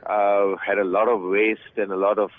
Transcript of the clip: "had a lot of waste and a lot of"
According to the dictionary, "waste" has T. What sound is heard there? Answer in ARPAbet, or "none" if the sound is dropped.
T